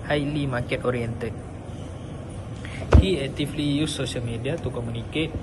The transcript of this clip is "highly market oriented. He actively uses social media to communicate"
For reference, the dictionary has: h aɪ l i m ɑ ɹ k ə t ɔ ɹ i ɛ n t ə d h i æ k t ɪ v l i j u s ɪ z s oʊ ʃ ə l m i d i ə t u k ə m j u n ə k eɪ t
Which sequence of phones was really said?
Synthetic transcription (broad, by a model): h aɪ l i m ɑ k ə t ɔ ɹ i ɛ n t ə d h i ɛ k t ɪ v l i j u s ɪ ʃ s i ə l m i d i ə t u k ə m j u n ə k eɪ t